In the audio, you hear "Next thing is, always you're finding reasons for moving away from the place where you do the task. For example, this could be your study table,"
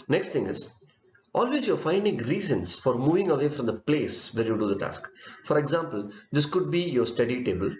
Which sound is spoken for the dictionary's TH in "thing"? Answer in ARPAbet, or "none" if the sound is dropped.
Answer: T